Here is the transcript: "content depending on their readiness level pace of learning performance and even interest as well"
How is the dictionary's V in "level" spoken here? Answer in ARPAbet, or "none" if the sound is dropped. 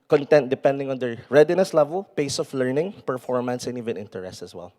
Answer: V